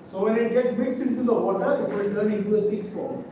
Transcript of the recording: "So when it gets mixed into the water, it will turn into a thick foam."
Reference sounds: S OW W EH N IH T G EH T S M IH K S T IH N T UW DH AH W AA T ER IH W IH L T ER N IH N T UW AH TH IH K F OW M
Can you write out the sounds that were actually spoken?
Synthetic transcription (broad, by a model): S OW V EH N IH T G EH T M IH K S IH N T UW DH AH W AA T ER IH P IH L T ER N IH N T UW AH T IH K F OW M